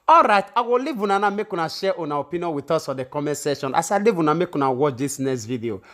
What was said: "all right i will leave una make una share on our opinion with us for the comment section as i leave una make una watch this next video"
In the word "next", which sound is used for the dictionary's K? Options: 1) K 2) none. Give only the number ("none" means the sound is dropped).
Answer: 2